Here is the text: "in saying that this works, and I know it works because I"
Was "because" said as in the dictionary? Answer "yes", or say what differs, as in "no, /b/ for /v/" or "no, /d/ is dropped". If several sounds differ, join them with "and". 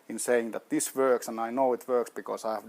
no, /s/ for /z/